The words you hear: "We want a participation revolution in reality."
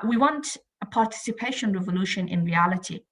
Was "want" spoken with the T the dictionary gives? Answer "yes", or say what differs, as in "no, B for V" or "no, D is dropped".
yes